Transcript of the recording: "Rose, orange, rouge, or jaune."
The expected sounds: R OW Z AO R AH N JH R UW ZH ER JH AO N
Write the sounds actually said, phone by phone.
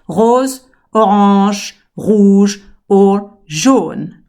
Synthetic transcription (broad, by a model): R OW Z AO R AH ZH R UW ZH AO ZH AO N